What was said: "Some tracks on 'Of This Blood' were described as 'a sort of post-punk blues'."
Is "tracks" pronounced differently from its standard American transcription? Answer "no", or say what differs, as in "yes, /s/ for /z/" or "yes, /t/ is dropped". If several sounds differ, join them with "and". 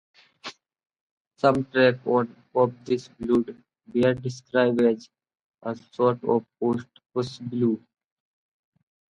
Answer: yes, /s/ is dropped